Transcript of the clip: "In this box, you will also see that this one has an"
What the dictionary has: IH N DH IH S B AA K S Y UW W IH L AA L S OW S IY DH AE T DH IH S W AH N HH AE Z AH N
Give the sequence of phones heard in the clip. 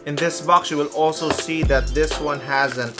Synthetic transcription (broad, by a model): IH N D IH S B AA K S Y UW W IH L AA L S OW S IY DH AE T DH IH S W AH N HH AE Z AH N